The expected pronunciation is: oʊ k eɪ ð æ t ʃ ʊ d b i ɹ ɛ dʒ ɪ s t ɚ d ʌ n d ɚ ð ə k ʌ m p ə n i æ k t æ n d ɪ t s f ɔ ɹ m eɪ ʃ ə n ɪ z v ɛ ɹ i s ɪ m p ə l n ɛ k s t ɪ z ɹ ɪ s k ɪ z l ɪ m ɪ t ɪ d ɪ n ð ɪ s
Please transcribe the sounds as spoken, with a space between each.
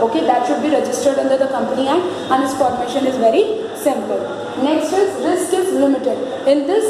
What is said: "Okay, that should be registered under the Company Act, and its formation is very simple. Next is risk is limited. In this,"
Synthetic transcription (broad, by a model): oʊ k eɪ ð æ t ʃ ʊ d b i ɹ ɛ dʒ ɪ s t ɚ d ʌ n d ɚ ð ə k ʌ m p ə n i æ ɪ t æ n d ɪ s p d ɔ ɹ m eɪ ʃ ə n ɪ z v ɛ ɹ i s ɪ m p ə l n ɛ k s t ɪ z ɹ ɪ s k ɪ z l ɪ m ɪ t ɪ d ɪ n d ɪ s